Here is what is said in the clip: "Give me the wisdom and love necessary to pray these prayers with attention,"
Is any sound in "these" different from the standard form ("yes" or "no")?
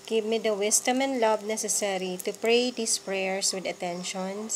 yes